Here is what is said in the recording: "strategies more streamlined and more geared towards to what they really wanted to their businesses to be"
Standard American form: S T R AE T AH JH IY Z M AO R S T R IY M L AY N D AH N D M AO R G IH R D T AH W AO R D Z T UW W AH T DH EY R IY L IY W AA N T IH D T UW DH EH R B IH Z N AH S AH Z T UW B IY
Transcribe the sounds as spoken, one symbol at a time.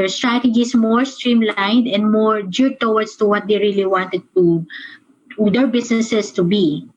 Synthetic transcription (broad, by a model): S T R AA T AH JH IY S M AO R S T R IY M L AY N D AH N D M AO R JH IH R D T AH W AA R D S T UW W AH T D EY R IY L IY W AA N T IH D T UW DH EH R B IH S N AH S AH S T UW B IY